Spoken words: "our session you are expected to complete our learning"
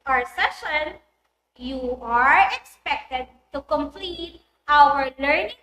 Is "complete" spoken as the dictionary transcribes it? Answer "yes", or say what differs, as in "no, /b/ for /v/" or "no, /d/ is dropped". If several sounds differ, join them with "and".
yes